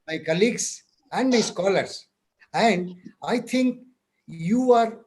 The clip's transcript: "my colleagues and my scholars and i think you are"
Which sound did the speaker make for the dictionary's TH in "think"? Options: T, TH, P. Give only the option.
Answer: T